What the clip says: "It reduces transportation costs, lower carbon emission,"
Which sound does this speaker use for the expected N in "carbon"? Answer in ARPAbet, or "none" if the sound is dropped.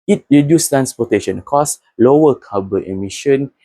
none